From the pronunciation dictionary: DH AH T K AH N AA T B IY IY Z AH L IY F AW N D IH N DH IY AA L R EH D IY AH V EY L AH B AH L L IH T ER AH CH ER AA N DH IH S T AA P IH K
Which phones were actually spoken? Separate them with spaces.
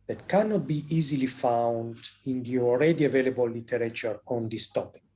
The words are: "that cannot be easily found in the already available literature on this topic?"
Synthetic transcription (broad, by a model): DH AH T K AH N AA T B IY IY Z AH L IY F AW N D IH N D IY AA L R EH D IY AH V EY L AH B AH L L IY T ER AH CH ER AA N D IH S T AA P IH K